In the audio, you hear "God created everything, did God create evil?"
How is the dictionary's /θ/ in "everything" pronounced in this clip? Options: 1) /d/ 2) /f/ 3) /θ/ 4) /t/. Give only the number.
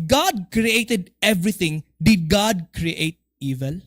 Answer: 4